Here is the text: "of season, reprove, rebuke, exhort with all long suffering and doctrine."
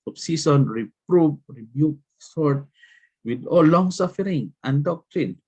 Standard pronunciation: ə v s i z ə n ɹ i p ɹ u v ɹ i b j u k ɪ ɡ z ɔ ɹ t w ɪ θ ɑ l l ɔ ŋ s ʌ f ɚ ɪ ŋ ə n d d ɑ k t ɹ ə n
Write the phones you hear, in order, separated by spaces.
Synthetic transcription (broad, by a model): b s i s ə n ɹ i p ɹ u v ɹ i b j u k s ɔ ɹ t w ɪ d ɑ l l ɔ ŋ s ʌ f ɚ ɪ ŋ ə n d d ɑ k t ɹ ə n